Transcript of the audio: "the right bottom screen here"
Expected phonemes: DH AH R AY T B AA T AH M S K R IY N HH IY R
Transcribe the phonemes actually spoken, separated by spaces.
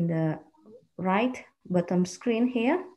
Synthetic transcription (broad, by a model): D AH R AY T B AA T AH M S K R IY N HH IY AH